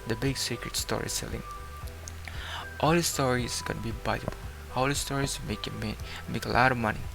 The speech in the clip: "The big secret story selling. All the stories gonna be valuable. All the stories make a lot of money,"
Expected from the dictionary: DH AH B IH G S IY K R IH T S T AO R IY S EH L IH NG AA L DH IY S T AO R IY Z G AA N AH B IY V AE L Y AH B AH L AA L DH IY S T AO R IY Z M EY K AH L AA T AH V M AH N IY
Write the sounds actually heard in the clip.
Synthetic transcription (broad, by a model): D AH B IH G S IY K R IH T S T AO R IY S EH L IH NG AA L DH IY S T AO R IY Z G AA N AH B IY B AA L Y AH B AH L AA L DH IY S T AO R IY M M EY K AH L AA T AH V M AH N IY